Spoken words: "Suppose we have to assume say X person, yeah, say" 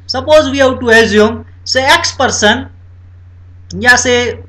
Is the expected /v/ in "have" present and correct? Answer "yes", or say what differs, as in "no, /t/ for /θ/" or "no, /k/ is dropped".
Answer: no, /w/ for /v/